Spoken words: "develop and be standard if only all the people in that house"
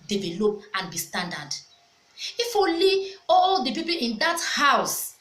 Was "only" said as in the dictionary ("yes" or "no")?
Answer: no